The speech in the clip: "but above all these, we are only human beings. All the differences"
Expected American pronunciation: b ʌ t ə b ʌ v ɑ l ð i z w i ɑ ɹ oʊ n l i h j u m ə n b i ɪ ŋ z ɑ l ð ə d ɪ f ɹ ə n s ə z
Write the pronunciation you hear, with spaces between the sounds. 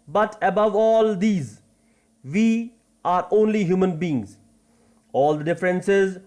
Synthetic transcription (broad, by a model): b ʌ t ə b ʌ v ɑ l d i z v i ɑ ɹ oʊ n l i h j u m ə n b i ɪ ŋ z ɑ l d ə d ɪ f ɹ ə n s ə z